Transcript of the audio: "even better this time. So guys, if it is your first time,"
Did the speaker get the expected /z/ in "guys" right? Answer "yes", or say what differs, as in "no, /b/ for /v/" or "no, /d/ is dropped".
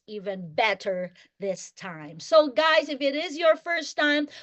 yes